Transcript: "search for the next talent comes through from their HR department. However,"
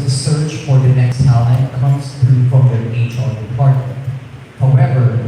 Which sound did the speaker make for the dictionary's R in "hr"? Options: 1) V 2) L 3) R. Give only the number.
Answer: 2